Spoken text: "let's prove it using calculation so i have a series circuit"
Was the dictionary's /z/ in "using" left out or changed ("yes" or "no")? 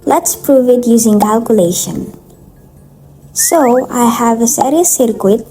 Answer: no